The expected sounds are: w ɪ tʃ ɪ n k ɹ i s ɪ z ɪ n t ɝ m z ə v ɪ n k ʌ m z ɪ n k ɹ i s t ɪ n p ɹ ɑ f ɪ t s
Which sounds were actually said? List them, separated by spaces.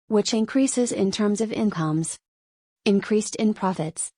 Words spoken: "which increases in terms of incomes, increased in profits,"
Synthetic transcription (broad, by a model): w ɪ tʃ ɪ n k ɹ i s ɪ z ɪ n t ɝ m z ə v ɪ n k ʌ m z ɪ n k ɹ i s t ɪ n p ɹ ɑ f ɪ t s